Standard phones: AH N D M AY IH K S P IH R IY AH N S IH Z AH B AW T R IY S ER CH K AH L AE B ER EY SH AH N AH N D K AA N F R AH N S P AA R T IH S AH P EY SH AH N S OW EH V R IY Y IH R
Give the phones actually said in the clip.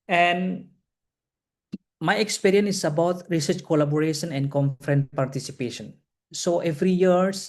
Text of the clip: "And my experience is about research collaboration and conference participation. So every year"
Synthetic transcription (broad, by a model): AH N M AY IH K S P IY R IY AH N IH S AH B AW T R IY S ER CH K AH L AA B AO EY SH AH N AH N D K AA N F R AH N P AA R T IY S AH P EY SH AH N S OW EH V R IY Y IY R